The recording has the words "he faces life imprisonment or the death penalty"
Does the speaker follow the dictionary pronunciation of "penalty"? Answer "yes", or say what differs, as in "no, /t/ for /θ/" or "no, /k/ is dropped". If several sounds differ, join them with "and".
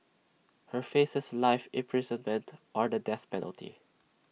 yes